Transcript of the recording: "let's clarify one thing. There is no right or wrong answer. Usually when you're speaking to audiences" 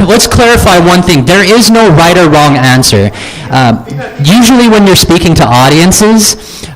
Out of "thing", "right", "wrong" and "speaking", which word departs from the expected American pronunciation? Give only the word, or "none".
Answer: none